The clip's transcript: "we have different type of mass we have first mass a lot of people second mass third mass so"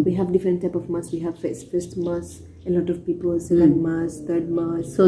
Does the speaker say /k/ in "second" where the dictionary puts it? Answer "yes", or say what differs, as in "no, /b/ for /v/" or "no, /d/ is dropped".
no, /k/ is dropped